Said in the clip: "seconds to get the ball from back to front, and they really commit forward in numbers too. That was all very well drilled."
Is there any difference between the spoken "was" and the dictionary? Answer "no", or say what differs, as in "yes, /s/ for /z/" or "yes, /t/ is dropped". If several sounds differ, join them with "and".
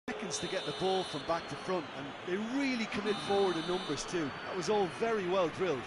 no